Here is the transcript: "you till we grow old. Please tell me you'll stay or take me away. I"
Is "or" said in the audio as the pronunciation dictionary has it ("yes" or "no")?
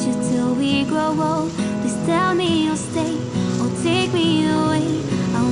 no